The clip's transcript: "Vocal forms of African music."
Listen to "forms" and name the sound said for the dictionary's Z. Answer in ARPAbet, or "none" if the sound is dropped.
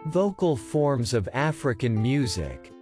Z